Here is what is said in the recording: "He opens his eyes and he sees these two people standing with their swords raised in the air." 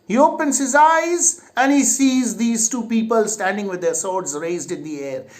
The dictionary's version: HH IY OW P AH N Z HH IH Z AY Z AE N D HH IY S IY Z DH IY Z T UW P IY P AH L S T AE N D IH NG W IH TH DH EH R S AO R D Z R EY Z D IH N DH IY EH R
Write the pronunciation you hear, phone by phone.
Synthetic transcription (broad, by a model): HH IY OW P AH N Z HH IH Z AY Z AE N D HH IY S IY Z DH IY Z T UW P IY P AH L S T AE N D IH NG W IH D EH R S AO R D Z R EY Z D IH N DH IY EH R